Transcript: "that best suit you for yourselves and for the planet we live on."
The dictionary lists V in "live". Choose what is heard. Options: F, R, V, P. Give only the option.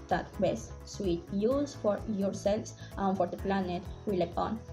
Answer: P